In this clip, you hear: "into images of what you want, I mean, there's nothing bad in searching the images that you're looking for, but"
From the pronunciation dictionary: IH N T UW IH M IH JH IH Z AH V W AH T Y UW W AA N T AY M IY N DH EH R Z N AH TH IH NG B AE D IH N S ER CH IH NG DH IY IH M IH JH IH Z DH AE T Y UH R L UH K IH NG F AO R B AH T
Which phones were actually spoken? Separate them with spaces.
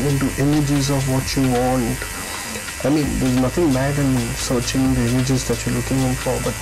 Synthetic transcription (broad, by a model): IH N T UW IH M IH JH IH Z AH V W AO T Y UW W AA N T AY M IY N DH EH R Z N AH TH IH NG B AE D IH N S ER CH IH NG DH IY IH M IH JH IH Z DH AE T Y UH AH L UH K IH NG F AO R B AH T